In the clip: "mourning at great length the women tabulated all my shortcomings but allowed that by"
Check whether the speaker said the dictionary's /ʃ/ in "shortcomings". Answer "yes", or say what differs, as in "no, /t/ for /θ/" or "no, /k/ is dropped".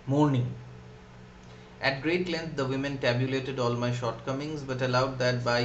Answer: yes